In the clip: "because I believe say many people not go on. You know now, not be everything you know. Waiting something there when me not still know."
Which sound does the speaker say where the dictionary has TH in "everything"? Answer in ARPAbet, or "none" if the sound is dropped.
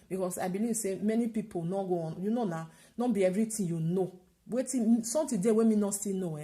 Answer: T